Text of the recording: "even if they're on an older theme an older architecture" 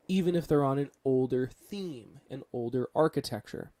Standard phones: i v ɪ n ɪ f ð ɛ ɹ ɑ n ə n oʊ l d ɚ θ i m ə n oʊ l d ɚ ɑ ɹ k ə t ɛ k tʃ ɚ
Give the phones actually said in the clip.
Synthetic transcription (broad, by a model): i v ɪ n ɪ f ð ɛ ɹ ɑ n ə n oʊ l d ɚ θ i m ə n oʊ l d ɚ ɑ ɹ k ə t ɛ k tʃ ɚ